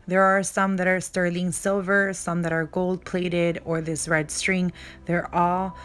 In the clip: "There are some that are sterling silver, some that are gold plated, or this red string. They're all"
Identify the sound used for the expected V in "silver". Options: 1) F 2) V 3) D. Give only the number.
2